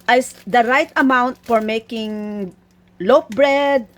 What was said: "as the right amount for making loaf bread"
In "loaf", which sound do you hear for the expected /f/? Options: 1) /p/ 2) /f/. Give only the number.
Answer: 1